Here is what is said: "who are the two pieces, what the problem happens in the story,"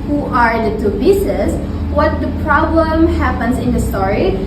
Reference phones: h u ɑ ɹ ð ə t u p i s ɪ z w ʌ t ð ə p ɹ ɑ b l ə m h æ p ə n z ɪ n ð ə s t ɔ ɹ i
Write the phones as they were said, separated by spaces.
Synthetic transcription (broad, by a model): h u ɑ ɹ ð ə t u b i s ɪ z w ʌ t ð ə p ɹ ɑ b l ə m h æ p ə n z ɪ n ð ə s t ɔ ɹ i